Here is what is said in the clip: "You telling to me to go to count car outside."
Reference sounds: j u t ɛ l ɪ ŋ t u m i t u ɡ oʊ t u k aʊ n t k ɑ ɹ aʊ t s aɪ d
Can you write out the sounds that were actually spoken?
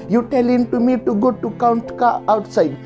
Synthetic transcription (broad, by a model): j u t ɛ l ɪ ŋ t u m i t u ɡ oʊ t u k aʊ n t k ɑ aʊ t s aɪ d